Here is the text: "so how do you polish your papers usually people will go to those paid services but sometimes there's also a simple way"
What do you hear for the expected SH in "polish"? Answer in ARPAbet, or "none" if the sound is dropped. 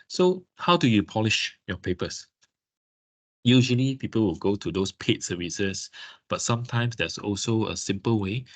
SH